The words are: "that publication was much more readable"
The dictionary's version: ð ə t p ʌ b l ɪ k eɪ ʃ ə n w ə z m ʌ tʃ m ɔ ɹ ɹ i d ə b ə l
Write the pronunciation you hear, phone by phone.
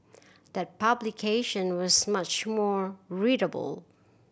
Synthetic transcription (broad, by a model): ð ə t p ʌ b l ɪ k eɪ ʃ ə n w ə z m ʌ tʃ m ɔ ɹ ɹ i d ə b ə l